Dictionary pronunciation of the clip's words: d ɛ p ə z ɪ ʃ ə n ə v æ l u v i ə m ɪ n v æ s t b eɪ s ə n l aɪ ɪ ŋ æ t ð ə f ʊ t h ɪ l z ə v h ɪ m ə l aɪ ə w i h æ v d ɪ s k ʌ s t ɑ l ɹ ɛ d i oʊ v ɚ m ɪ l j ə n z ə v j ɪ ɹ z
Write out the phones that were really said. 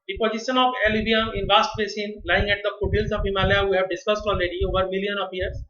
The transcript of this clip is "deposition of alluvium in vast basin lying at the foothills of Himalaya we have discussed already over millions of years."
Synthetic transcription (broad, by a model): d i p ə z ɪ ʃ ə n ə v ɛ l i b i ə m ɪ n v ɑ s t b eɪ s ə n l aɪ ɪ ŋ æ t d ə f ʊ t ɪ l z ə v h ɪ m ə l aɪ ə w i h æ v d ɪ s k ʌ s t ɑ l ɹ ɛ d i oʊ v ɚ m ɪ l j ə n ə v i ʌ ɹ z